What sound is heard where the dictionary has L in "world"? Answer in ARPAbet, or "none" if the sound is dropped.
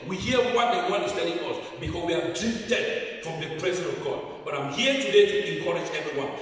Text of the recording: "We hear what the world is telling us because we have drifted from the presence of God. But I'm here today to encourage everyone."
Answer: N